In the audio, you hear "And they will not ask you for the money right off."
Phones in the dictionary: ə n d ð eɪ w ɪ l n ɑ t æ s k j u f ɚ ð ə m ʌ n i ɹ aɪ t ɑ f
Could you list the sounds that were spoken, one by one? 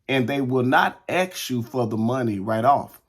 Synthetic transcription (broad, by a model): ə n ð eɪ w ɪ l n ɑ t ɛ k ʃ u f ɚ ð ə m ʌ n i ɹ aɪ t ɑ f